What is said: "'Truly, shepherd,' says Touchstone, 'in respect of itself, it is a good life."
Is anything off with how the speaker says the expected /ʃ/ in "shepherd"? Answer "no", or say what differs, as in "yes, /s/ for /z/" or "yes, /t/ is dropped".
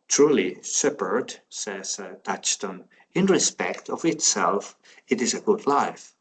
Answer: yes, /s/ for /ʃ/